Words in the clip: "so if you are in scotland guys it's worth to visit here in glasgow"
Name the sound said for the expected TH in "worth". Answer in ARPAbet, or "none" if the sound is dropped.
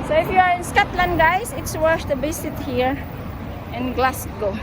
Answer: S